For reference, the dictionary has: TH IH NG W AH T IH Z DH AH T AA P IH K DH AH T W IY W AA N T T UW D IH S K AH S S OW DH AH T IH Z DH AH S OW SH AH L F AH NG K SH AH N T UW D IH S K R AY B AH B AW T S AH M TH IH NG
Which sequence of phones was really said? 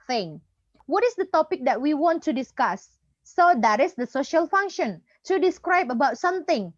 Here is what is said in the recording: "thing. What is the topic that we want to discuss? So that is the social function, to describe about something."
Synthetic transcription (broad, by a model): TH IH NG W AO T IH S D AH T AA P IH K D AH T W IY W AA N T T UW D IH S K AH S S OW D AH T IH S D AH S OW SH AH L F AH NG K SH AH N T UW D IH S K R AY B AH B AW T S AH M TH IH NG